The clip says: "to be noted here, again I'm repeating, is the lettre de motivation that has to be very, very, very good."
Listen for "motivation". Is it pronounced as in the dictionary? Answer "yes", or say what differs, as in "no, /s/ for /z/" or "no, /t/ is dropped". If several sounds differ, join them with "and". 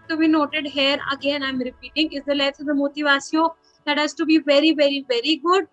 no, /s/ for /ʃ/